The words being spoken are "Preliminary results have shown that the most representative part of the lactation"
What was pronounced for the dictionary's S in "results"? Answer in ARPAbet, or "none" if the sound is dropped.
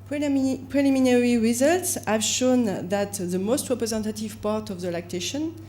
S